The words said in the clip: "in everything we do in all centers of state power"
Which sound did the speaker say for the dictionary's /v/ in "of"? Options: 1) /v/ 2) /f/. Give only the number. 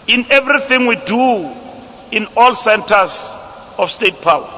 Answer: 2